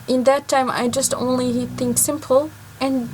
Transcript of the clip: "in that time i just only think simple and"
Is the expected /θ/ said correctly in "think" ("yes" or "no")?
yes